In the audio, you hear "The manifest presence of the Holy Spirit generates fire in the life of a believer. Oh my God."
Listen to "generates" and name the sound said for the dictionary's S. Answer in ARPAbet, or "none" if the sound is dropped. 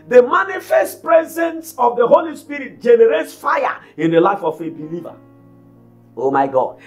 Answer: S